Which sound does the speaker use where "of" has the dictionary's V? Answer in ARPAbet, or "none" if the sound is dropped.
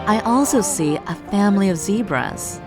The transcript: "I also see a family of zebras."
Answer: V